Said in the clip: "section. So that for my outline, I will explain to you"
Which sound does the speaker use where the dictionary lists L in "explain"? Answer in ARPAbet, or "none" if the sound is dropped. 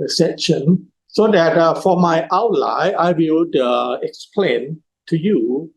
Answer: L